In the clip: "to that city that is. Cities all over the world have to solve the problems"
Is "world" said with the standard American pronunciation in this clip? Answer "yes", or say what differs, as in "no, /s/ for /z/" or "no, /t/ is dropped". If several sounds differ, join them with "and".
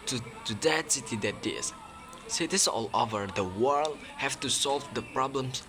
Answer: yes